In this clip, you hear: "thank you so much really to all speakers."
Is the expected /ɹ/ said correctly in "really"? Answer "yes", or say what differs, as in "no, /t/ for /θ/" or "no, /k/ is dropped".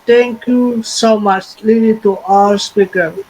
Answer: no, /l/ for /ɹ/